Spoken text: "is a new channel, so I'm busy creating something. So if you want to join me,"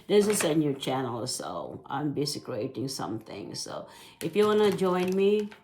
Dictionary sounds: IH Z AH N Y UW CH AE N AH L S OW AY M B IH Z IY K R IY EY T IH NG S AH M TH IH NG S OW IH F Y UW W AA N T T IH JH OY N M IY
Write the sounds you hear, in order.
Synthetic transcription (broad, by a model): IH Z AH N Y UW CH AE N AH L S OW AY M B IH S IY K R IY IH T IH NG S AH M TH IH NG S OW IH F Y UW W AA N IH JH OY N M IY